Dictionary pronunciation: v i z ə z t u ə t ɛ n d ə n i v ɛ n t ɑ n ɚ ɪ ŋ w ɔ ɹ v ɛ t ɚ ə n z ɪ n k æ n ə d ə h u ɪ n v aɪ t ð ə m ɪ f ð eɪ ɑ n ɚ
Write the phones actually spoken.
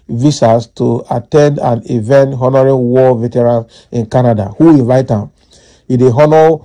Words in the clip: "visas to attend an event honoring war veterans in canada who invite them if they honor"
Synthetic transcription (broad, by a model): v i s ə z t u ə t ɛ n d ə n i v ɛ n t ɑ n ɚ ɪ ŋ w ɔ v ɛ t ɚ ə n ɪ n k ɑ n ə d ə h u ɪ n v aɪ t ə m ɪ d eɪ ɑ n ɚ